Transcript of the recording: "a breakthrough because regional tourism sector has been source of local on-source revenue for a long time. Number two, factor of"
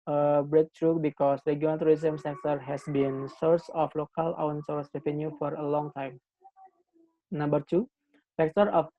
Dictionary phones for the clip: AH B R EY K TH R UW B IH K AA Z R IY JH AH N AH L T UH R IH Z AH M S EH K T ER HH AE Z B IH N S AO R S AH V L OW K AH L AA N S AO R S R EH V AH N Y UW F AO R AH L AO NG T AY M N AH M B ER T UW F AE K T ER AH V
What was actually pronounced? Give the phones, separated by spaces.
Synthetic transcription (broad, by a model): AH B R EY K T R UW B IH K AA S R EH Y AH L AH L T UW R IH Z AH M S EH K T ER HH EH S B IH N S AO R S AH F L OW K AH L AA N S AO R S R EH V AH N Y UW F AO R AH L AO NG T AY M N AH M B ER T UW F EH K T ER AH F